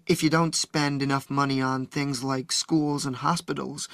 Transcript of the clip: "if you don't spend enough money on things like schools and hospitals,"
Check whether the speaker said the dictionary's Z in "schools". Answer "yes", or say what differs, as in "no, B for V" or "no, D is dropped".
yes